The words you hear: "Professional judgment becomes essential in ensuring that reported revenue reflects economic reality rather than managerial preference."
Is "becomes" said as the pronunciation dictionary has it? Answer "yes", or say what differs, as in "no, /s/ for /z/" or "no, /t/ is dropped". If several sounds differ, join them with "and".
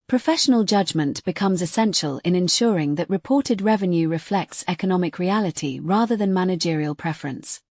yes